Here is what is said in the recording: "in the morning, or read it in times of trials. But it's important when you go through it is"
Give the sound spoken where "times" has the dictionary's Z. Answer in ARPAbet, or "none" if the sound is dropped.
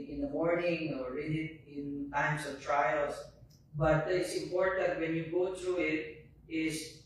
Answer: S